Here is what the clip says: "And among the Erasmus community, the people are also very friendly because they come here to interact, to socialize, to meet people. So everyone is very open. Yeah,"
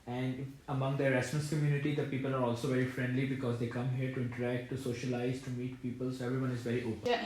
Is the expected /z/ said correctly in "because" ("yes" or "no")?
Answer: yes